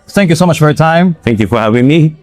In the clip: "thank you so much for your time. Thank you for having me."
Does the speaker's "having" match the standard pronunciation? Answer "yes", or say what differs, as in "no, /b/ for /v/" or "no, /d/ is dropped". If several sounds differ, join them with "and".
no, /w/ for /v/